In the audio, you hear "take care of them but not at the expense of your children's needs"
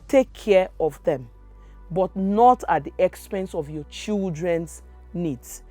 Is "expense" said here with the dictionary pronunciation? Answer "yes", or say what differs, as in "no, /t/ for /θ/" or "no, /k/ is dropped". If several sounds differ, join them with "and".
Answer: yes